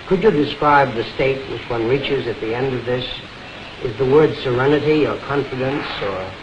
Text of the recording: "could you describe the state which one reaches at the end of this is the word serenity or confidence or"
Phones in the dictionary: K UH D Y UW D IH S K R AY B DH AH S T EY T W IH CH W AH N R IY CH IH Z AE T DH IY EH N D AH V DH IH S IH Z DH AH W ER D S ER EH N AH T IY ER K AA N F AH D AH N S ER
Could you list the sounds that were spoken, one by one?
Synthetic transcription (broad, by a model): K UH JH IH D IH S K R AY B DH AH S T EY T W IH CH W AH N R IY CH IH Z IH T DH IY EH N D AH V DH IH S IH Z DH AH W ER D S ER EH N AH T IY ER K AA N F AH D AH N S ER